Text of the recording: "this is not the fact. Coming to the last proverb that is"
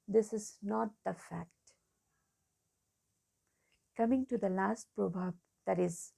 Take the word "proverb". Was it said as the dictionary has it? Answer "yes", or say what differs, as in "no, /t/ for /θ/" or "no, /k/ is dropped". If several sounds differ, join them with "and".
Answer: no, /b/ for /v/